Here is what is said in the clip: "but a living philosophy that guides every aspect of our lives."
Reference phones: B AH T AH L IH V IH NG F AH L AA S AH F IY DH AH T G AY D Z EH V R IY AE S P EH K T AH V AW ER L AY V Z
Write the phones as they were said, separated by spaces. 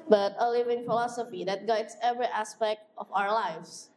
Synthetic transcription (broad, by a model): B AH T AH L IH V IH NG F AH L AA S AH F IY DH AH T G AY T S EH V R IY AE S P EH K T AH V AW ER L AY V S